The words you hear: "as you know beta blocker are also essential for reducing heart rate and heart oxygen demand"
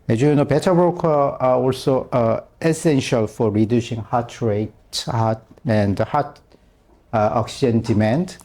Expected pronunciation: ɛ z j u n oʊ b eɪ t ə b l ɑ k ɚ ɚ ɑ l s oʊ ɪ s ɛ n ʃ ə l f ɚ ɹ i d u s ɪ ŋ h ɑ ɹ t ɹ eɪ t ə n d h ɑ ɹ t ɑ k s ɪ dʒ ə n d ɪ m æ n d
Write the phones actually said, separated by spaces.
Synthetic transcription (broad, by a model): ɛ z j u n oʊ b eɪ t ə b ɑ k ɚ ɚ ɑ l s oʊ ɪ s ɛ n ʃ ə l f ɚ ɹ i d u s ɪ ŋ h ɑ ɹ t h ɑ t ə n d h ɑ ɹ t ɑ k s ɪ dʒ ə n d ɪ m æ n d